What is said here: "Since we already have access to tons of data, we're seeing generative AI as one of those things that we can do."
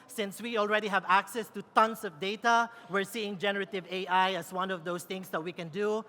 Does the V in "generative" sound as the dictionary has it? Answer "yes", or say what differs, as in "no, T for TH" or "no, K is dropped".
yes